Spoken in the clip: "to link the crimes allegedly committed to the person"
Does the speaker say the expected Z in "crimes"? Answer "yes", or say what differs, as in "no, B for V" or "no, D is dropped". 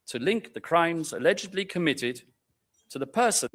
yes